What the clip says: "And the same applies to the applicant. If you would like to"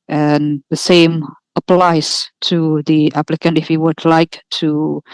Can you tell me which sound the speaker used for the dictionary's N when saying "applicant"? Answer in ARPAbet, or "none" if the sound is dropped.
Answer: N